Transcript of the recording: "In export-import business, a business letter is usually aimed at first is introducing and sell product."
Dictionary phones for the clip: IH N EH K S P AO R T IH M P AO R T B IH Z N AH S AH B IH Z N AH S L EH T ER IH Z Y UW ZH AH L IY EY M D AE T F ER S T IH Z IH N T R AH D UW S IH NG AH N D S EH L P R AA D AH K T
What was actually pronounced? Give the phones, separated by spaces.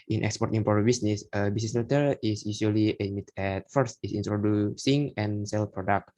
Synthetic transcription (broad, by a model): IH N EH K S P AO R T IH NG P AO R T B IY S N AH S AH B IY S N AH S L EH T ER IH S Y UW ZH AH L IY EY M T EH T F ER S T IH S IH N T R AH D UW S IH NG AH N S EH L P R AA D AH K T